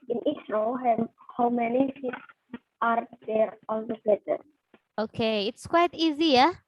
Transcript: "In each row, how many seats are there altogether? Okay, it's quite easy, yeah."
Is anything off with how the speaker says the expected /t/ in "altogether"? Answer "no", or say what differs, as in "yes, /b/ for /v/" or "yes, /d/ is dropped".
yes, /s/ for /t/